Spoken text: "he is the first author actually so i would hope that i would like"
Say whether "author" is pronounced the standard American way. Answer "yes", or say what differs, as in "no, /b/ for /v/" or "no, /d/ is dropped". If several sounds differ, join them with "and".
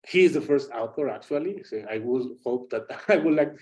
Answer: no, /t/ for /θ/